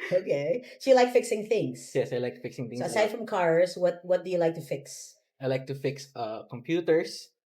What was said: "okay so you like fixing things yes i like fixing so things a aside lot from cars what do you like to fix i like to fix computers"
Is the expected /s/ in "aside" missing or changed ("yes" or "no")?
yes